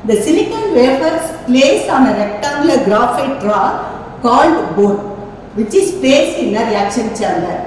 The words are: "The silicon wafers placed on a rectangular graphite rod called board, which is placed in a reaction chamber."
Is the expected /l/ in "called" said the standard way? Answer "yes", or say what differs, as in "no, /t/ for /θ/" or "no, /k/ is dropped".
yes